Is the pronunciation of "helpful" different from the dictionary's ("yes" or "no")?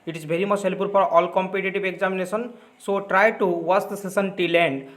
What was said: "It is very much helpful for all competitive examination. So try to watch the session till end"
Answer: yes